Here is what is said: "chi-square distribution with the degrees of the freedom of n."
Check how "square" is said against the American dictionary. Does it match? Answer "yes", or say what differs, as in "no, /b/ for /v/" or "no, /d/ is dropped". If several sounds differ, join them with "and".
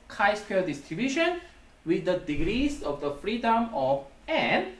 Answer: no, /l/ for /ɹ/